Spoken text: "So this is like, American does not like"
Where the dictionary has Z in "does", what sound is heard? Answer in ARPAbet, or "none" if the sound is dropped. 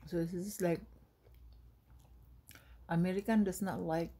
S